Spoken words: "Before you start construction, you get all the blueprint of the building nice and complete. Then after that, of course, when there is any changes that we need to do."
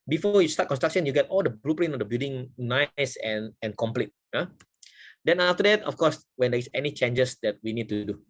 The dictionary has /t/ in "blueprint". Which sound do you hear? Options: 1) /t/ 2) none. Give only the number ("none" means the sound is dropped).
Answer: 2